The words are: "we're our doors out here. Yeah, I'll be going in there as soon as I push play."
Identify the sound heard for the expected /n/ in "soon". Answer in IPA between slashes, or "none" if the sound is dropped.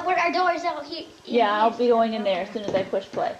/n/